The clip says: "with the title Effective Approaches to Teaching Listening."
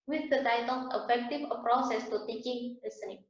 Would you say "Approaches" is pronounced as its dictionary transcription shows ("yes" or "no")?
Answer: no